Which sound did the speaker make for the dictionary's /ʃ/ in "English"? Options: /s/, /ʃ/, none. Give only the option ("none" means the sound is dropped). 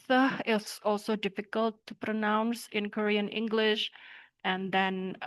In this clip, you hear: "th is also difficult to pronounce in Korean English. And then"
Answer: /ʃ/